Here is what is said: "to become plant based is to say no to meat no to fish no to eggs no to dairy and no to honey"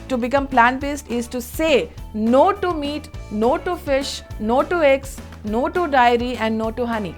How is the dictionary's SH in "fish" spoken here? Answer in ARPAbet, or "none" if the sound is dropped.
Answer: SH